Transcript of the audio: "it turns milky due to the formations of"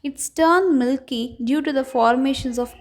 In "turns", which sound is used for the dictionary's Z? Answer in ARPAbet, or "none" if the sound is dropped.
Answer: none